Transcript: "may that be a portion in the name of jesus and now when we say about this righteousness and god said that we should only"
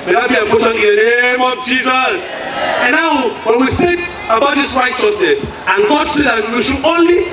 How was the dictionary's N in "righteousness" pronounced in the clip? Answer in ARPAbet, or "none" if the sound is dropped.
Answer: N